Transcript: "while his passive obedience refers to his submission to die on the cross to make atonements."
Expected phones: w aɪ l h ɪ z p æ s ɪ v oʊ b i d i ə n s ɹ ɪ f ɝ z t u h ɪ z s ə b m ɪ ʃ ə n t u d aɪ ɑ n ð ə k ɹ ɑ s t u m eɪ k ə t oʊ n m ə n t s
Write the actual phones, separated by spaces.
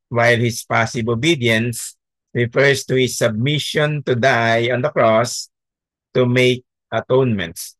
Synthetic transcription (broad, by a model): w aɪ l h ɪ s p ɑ s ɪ b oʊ b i d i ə n s ɹ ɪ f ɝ s t u h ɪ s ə b m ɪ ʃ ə n t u d aɪ ɑ n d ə k ɹ ɑ s t u m eɪ k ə t oʊ n m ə n t s